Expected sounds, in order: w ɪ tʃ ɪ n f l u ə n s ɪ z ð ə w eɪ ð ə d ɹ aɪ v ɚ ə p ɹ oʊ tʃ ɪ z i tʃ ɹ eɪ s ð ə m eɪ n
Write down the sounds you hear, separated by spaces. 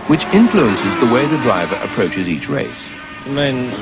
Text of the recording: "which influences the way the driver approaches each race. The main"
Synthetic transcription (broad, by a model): w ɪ tʃ ɪ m f l u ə n s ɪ z ð ə w eɪ ð ə d ɹ aɪ v ɚ ə p ɹ oʊ tʃ ɪ z i tʃ ɹ eɪ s ð ə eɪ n